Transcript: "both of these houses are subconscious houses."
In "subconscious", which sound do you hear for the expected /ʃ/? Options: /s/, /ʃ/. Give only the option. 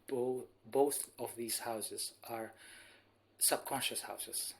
/ʃ/